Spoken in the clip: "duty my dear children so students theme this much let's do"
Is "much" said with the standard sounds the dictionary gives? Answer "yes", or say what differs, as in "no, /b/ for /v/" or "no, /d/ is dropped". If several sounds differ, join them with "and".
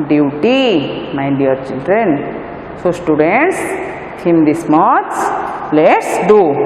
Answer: no, /s/ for /tʃ/